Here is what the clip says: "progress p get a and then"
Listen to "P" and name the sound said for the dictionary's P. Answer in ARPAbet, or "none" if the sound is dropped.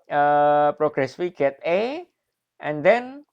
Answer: F